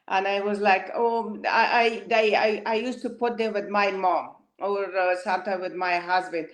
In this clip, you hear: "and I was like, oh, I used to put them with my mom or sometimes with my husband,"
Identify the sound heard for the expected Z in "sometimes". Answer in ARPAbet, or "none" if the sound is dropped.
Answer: none